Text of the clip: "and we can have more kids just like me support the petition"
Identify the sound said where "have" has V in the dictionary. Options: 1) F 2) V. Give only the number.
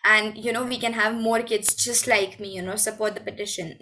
2